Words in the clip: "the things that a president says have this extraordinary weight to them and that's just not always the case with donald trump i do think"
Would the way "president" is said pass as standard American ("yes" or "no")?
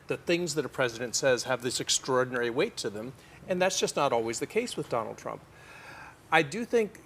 yes